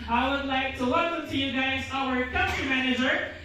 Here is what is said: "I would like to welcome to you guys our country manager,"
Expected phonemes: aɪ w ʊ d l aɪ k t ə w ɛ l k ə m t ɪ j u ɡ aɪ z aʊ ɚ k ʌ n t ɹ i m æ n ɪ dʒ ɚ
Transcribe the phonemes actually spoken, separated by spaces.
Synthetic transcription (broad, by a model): aɪ w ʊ d l aɪ k t ə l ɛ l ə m t ɪ j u ɡ aɪ z aʊ ɚ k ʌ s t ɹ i m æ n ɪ dʒ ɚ